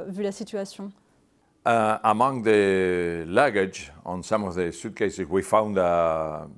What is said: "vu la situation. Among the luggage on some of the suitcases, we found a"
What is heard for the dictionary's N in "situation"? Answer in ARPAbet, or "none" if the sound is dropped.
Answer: none